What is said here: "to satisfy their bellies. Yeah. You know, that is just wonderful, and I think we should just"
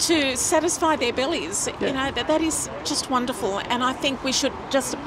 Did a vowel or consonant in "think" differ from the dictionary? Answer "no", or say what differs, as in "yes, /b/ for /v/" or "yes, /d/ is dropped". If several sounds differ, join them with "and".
no